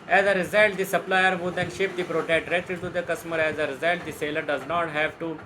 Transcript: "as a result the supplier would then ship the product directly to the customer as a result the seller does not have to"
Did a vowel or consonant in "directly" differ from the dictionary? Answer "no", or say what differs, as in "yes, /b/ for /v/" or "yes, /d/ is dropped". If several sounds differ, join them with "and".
yes, /l/ is dropped